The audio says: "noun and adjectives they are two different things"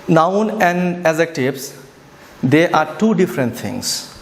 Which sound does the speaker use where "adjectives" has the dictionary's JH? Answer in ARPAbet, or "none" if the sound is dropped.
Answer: Z